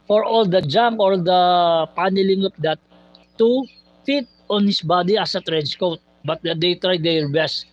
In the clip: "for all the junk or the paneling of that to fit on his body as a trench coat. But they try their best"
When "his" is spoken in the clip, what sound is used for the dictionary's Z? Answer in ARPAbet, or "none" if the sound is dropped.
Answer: S